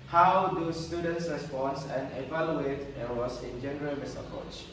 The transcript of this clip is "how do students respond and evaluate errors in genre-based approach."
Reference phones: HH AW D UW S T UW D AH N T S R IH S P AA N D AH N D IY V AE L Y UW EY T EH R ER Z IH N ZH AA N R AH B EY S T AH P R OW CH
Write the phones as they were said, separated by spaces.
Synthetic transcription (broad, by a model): HH AW D UW S T UW D AH N T S R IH S P AA N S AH N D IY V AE L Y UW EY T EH W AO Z IH N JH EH N R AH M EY S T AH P R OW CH